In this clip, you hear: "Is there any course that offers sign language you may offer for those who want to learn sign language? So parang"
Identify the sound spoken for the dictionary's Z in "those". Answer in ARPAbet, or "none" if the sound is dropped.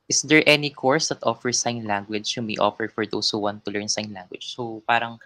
S